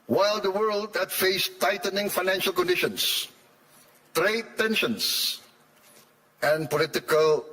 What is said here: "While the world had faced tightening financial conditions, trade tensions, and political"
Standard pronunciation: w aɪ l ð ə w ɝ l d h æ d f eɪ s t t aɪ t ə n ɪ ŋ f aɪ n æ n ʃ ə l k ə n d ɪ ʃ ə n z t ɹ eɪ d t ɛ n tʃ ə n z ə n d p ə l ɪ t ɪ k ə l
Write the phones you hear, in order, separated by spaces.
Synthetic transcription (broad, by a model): w aɪ l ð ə w ɝ l d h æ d f eɪ s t t aɪ t ə n ɪ ŋ f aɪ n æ n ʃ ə l k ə n d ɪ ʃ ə n s t ɹ eɪ d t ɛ n ʃ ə n s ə n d p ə l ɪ t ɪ k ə l